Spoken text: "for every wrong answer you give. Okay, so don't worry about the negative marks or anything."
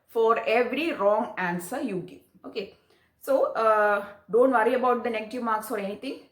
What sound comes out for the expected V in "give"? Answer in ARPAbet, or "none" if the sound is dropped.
none